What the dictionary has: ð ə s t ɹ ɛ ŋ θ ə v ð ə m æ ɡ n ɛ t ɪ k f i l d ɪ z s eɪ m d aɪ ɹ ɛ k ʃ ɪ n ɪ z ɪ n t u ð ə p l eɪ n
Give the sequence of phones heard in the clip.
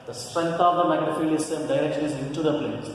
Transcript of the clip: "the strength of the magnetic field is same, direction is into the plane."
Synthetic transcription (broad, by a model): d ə s t ɹ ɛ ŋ t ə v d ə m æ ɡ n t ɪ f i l ɪ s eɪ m d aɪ ɹ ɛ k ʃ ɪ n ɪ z ɪ n t u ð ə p l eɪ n